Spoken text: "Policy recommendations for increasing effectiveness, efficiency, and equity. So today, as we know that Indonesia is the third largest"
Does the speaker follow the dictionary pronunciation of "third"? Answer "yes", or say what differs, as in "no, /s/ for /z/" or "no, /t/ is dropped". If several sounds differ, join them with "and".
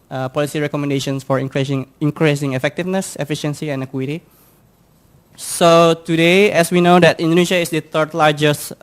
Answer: no, /t/ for /θ/